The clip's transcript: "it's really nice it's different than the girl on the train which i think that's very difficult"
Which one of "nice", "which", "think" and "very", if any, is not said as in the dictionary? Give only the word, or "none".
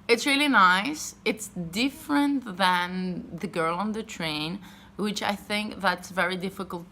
none